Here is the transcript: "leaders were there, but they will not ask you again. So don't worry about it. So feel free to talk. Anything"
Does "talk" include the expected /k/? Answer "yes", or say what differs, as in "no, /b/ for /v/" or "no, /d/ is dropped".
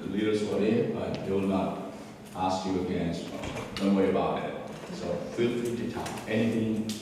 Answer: no, /k/ is dropped